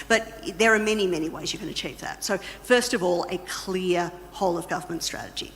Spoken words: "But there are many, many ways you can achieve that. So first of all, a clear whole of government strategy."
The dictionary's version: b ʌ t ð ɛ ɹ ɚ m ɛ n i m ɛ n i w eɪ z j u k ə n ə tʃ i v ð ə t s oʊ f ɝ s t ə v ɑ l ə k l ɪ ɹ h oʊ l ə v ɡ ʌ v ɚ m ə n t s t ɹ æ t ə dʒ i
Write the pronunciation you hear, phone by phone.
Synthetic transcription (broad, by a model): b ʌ t ð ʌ ɹ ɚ m ɛ n i m ɛ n i w eɪ z j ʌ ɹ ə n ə tʃ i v ð ə t s oʊ f ɝ s t ə v ɑ l ə k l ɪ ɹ h oʊ l ə v ɡ ʌ v ɚ m ə n t s t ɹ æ t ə dʒ i